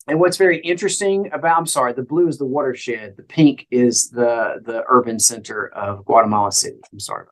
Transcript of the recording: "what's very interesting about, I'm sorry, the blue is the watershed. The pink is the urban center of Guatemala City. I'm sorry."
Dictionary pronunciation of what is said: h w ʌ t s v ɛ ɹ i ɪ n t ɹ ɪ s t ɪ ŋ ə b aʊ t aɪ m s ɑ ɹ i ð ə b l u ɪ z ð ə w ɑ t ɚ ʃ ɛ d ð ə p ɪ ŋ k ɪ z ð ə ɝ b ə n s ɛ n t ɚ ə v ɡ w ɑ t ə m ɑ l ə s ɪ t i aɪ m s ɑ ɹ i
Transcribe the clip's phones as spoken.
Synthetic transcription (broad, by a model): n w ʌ t s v ɛ ɹ i ɪ n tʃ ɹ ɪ s t ɪ ŋ ə b aʊ t aɪ m s ɑ ɹ i ð ə b l u ɪ z ð ə w ɑ t ɚ ʃ ɛ d ð ə p ɪ ŋ k ɪ z ð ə ɝ b ə n s ɛ n t ɚ ə v ɡ w ɑ t ə m ɑ l ə s ɪ t i aɪ m s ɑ ɹ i